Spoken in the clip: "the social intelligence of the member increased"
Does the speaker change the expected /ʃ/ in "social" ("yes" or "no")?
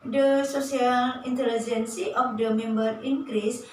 yes